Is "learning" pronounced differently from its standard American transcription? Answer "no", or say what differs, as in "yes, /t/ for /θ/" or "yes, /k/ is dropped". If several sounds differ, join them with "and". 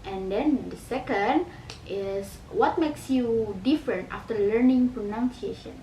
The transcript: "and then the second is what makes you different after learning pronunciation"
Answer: no